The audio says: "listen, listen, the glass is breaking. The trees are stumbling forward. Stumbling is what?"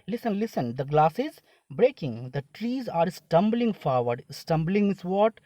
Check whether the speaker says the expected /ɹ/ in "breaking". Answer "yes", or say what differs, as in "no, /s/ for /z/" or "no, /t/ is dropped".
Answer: yes